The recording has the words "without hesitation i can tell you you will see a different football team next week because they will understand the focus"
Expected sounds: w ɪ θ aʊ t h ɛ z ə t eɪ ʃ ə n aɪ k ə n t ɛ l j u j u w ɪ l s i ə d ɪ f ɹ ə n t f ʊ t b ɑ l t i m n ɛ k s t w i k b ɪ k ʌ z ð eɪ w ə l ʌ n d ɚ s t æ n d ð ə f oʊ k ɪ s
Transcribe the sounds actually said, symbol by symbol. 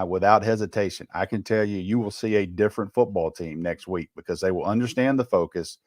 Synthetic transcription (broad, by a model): w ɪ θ aʊ t h ɛ z ə t eɪ ʃ ə n aɪ k ə n t ɛ l j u j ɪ w ɪ l s i ə d ɪ f ɹ ə n t f ʊ t b ɑ l t i m n ɛ k s t w i k b ɪ k ʌ z ð eɪ w ə l ʌ n d ɚ s t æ n ð ə f oʊ k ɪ s